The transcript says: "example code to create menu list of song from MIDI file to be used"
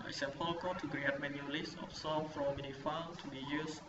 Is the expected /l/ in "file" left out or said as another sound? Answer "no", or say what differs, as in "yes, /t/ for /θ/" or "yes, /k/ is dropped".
yes, /n/ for /l/